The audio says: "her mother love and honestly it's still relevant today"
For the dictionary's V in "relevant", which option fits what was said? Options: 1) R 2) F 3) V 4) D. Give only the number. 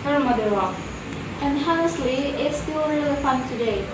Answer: 2